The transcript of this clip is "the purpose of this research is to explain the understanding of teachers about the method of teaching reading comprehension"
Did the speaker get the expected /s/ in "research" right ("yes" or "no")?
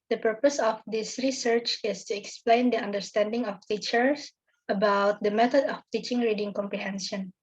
yes